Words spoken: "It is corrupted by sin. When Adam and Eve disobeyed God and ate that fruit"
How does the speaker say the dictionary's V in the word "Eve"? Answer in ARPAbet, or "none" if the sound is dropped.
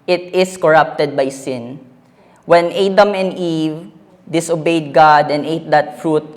V